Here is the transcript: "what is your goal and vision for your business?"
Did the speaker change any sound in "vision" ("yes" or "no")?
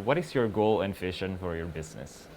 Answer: yes